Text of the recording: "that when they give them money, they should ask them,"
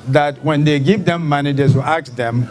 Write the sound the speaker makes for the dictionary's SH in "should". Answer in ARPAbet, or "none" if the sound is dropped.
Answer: S